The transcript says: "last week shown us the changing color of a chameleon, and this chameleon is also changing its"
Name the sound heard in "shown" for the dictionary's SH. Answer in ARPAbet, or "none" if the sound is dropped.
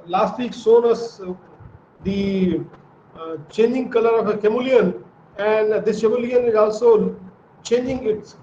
S